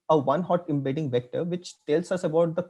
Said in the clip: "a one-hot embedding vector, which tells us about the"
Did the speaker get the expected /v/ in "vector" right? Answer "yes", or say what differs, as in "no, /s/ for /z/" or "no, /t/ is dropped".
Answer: yes